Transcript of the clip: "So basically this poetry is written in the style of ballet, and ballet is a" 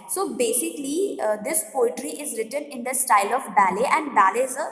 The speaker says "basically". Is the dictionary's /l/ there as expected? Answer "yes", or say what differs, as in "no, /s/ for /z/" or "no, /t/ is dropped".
yes